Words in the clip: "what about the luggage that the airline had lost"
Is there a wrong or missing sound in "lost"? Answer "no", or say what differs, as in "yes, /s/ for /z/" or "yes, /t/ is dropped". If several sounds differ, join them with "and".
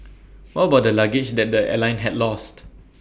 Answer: no